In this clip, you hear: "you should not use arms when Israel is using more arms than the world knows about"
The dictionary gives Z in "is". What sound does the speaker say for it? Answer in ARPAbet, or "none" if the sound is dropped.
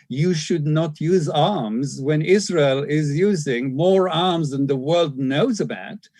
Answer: Z